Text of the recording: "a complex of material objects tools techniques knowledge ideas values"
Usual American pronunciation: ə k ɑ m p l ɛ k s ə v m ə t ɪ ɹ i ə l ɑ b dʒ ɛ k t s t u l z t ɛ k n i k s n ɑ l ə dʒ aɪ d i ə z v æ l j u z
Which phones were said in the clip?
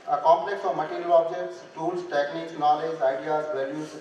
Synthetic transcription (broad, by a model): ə k ɑ m p l ɛ k s ə v m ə t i ɹ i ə l ɑ b dʒ ɛ k t s t u l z t ɛ k n i k s n ɑ l ə dʒ aɪ d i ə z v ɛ l j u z